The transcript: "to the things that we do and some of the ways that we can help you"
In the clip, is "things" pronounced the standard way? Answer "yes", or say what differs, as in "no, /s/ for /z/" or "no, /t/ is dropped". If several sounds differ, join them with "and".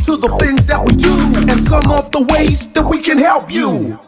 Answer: yes